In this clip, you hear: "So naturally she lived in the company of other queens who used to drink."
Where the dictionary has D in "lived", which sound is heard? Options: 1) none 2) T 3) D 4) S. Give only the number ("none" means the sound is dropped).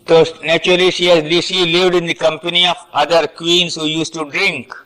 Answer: 3